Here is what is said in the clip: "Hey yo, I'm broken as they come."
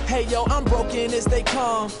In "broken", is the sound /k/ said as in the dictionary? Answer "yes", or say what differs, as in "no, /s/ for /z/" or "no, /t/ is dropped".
yes